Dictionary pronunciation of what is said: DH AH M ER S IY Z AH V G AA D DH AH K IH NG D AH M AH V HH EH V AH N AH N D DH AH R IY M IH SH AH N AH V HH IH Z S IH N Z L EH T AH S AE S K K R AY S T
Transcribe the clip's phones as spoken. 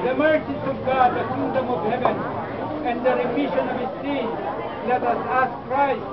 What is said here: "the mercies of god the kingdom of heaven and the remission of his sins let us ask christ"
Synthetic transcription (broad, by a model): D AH M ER S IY S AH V G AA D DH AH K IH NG D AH M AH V HH EH V AH N AH N D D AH R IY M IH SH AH N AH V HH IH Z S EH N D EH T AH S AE S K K R AY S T